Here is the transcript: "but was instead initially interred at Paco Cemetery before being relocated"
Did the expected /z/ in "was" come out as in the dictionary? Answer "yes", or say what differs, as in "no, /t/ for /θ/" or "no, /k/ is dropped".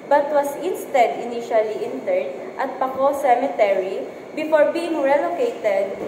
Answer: no, /s/ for /z/